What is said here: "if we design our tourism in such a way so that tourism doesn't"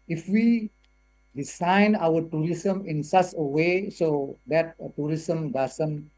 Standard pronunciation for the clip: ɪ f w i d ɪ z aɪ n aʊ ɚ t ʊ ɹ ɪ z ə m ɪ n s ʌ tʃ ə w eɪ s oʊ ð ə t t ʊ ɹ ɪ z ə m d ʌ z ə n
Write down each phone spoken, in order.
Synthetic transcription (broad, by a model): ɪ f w i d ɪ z aɪ n aʊ ɚ t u ɹ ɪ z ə m ɪ n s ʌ s ə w eɪ s oʊ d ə t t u ɹ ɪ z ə m d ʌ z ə n